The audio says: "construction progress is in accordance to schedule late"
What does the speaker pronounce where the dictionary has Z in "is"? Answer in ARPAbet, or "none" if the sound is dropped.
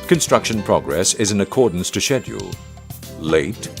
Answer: Z